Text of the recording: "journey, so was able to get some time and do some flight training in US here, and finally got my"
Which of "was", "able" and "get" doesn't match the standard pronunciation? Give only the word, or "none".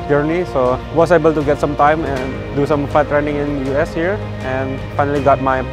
was